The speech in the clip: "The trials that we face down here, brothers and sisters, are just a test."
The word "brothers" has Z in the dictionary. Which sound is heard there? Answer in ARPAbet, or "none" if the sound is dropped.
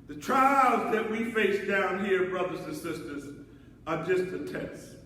Z